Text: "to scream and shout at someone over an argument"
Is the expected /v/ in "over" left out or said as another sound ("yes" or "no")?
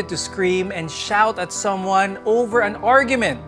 no